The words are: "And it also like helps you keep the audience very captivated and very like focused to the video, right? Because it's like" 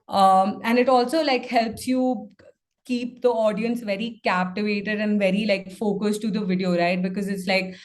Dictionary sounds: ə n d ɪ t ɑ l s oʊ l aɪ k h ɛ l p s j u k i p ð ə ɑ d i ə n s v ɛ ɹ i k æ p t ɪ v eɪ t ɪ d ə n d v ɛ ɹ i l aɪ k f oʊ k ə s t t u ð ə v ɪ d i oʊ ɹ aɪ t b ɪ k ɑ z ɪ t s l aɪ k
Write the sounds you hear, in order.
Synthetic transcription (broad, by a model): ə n d ɪ t ɑ l s oʊ l aɪ k h ɛ l p s j u k i p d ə ɑ d i ə n s v ɛ ɹ i k æ p t ɪ v eɪ t ɪ d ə n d v ɛ ɹ i l aɪ k f oʊ k ə s t t u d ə v ɪ d i oʊ ɹ aɪ t b ɪ k ɑ z ɪ t s l aɪ k